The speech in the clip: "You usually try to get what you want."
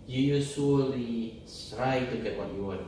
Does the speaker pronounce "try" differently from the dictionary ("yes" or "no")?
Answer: yes